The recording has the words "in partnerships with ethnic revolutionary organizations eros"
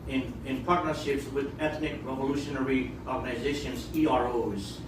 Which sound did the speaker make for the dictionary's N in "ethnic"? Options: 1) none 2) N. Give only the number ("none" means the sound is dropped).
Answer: 2